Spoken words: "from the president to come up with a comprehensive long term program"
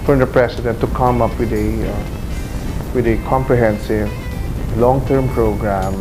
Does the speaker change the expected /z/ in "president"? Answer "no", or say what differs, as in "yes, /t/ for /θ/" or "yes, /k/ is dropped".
yes, /s/ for /z/